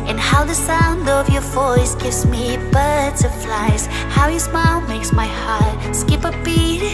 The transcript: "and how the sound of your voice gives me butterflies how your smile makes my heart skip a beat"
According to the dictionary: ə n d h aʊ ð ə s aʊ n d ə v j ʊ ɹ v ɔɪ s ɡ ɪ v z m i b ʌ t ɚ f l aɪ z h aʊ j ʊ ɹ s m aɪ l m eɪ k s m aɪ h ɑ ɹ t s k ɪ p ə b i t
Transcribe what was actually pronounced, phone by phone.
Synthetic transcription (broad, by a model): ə n h aʊ ð ə s aʊ n d ə v j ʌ ɹ v ɔɪ s ɡ ɪ v z m i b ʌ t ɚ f l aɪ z h aʊ j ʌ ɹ s m aɪ l m eɪ k s m aɪ h ɑ ɹ t s k ɪ p ə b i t